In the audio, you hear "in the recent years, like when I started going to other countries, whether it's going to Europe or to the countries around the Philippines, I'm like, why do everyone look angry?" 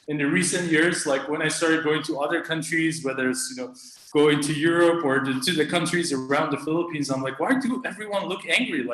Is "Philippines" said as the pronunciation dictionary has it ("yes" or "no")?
yes